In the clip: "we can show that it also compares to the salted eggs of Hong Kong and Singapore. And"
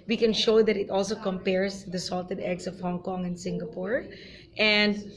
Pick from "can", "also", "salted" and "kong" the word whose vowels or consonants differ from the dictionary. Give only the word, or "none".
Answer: none